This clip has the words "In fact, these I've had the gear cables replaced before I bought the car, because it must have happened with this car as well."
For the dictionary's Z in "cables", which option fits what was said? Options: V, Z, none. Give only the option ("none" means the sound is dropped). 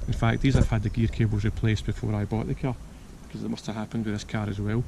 Z